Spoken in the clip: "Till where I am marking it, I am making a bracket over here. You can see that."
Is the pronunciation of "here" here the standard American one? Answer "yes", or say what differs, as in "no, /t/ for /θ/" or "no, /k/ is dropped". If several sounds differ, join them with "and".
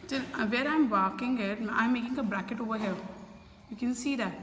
no, /l/ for /ɹ/